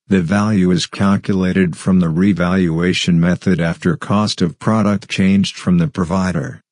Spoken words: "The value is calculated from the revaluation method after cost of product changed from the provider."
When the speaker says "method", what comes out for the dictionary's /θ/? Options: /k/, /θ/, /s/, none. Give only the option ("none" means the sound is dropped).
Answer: /θ/